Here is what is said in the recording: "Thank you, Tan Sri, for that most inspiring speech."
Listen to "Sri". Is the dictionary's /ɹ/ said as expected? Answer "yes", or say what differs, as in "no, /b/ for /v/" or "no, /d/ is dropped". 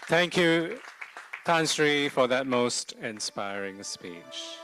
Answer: yes